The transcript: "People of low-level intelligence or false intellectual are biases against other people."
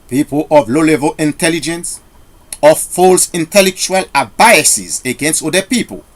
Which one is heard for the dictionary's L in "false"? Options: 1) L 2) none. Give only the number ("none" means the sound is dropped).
1